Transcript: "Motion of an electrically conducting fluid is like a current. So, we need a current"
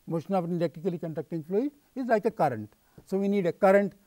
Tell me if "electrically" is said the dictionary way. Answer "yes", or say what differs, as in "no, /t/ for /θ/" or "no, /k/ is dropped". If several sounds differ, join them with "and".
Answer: no, /ɹ/ is dropped